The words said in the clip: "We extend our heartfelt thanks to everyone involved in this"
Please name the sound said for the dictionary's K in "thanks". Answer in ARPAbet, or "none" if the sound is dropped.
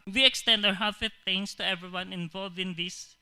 none